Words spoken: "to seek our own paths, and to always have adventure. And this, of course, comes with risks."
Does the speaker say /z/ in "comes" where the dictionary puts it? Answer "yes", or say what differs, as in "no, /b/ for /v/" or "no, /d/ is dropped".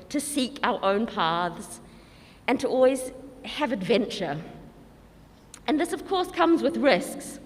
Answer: yes